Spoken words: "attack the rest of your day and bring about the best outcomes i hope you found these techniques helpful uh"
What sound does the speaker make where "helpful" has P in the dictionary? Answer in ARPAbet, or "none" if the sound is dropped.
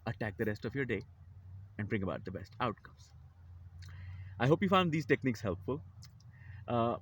P